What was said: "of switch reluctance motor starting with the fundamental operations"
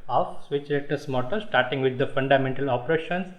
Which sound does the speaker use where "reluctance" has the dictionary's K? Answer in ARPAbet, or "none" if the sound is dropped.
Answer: none